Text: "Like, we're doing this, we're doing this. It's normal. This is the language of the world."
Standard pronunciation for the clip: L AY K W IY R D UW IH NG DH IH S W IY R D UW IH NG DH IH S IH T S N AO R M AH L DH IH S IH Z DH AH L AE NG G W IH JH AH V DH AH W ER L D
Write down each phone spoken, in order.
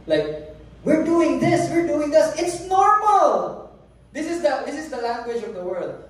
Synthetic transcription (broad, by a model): L AY K W IY R D UW IH NG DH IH S W IY R D UW IH NG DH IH S IH T S N AO R M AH L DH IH S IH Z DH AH L AE NG G W IH JH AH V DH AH W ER L D